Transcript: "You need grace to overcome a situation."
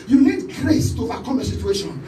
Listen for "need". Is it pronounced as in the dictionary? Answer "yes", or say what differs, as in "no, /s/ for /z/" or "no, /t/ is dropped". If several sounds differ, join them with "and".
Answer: no, /l/ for /n/